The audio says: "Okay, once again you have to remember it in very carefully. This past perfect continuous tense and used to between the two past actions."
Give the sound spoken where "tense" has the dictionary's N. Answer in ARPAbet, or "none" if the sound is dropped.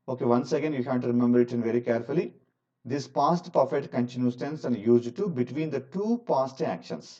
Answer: N